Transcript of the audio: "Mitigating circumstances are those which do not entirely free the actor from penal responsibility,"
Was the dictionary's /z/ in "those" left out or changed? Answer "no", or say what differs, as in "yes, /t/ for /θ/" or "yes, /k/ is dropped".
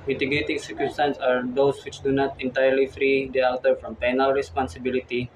yes, /s/ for /z/